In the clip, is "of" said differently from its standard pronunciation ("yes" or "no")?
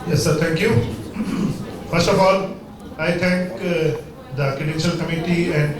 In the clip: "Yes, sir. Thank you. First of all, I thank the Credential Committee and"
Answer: yes